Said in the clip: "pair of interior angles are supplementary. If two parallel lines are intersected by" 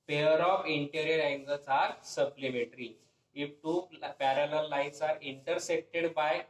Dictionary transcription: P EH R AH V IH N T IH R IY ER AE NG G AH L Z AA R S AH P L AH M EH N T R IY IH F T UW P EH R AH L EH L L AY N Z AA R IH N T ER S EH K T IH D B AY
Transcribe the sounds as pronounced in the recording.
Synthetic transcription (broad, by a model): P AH R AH F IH N T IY R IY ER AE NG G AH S AA R S AH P L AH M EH T R IY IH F T UW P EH R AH L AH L L AY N S AA R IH N T ER S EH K T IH D B AY